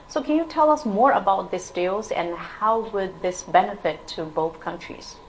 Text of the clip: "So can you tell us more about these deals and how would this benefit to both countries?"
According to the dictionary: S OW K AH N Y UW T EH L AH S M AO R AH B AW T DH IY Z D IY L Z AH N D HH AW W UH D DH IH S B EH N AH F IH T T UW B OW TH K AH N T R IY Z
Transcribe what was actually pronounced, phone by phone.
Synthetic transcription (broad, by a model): S OW K AH N Y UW T EH L AH S M AO R AH B AW T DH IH S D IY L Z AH N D HH AW W UH D DH IH S B EH N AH F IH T T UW B OW TH K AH N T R IY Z